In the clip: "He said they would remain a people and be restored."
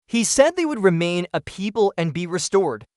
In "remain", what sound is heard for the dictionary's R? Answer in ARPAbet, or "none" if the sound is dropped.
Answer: R